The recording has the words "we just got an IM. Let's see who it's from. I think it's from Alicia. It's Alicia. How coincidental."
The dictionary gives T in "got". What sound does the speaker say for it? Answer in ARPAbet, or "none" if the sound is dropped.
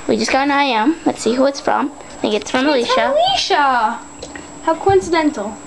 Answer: none